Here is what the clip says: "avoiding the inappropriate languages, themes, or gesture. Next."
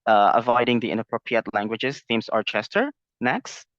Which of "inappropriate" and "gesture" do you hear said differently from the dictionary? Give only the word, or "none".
gesture